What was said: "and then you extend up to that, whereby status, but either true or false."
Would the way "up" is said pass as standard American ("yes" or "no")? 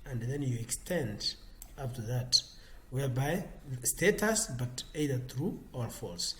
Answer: no